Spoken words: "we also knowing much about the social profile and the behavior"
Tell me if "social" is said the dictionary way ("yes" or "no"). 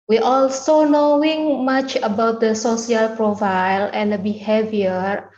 no